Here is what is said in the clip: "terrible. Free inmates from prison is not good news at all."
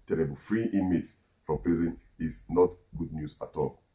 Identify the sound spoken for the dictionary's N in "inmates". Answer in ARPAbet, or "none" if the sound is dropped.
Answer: none